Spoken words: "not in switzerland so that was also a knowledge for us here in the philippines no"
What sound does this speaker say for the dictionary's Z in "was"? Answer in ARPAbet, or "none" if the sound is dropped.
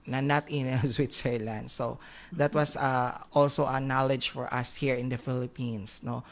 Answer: S